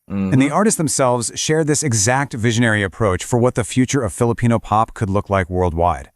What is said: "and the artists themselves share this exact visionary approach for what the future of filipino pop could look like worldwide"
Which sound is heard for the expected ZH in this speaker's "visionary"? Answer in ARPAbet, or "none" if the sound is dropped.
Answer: ZH